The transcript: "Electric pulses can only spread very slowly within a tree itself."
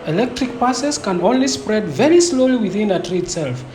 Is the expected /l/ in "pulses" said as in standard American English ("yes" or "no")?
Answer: no